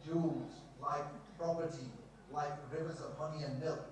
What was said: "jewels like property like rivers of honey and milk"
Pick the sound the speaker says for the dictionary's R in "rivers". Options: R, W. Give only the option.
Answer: R